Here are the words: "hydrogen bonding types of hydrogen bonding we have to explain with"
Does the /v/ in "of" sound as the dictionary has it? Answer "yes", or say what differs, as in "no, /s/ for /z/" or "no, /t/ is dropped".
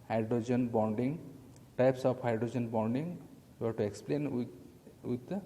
no, /p/ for /v/